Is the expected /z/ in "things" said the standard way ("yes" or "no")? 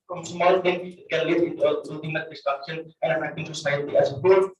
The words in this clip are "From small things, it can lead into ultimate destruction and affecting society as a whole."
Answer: no